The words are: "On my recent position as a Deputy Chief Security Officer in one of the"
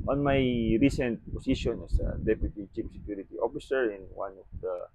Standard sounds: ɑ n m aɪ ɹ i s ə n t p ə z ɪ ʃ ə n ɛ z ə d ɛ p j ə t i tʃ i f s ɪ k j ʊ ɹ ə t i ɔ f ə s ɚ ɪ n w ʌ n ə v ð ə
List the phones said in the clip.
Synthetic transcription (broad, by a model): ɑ n m aɪ ɹ i s ə n t p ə s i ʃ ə n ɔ s ə d ɛ p j ə t i tʃ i p s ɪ k j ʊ ɹ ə t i ɔ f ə s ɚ ɪ n w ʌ n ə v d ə